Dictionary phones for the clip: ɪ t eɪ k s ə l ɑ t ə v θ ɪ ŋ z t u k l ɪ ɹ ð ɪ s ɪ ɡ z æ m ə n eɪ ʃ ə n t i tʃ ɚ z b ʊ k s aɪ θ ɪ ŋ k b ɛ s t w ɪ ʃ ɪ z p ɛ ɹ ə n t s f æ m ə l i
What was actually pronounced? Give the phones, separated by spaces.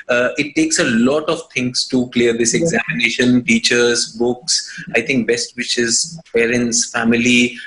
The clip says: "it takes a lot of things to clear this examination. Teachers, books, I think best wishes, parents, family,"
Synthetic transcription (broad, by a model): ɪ t eɪ k s ə l ɑ t ə v t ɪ ŋ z t u k l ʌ ɹ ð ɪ s ɪ ɡ z æ m ə n eɪ ʃ ə n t i tʃ ɚ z b ʊ k s aɪ t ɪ ŋ k b ɛ s t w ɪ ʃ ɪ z p ɛ ɹ ə n t s f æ m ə l i